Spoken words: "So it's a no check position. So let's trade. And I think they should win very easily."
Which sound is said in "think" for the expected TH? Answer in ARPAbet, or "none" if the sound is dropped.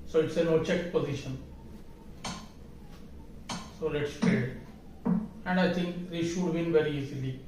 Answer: T